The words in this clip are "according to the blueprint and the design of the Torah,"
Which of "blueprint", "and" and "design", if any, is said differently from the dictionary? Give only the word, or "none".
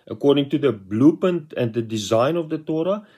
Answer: blueprint